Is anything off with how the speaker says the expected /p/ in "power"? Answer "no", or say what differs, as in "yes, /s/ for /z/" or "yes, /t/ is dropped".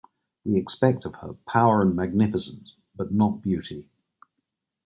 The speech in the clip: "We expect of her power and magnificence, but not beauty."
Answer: no